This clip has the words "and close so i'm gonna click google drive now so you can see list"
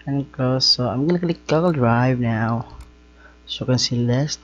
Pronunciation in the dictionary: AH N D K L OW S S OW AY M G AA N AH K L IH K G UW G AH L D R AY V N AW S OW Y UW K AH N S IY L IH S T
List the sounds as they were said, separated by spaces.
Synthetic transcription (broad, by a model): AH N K OW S S OW AY M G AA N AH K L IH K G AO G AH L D R AY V N AW S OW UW K AH N S IY L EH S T